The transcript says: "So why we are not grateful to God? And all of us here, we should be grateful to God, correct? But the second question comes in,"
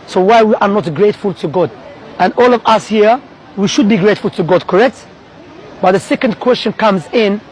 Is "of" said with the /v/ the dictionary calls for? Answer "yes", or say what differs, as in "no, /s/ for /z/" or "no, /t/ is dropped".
yes